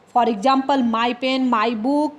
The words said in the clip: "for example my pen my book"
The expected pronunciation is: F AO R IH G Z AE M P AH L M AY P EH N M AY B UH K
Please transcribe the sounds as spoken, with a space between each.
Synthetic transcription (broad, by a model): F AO R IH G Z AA M P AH L M AY P EH N M AY B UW K